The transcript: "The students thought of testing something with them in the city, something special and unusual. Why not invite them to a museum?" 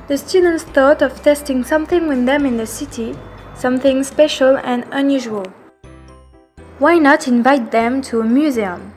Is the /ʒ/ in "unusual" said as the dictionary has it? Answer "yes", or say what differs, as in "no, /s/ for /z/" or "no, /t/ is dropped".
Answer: yes